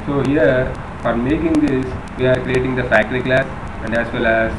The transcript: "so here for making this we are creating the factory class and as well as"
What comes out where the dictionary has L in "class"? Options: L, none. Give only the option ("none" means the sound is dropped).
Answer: L